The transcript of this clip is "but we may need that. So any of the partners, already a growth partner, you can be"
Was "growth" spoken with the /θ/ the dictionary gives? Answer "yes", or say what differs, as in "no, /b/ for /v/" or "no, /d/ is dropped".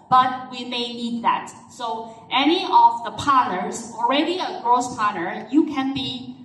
no, /s/ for /θ/